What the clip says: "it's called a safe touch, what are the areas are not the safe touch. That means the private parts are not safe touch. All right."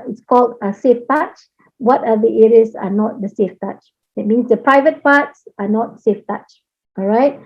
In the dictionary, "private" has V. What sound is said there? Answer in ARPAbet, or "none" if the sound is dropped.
V